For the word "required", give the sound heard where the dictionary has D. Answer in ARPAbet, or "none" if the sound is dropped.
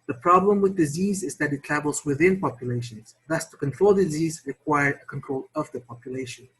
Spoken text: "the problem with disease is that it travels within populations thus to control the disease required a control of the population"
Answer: none